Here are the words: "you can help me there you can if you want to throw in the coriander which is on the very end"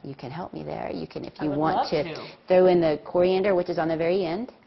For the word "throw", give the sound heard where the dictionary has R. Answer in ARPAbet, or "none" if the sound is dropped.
R